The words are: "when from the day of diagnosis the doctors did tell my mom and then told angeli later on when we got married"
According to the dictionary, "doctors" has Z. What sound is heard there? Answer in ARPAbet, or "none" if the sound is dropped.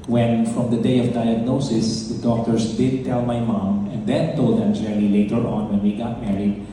S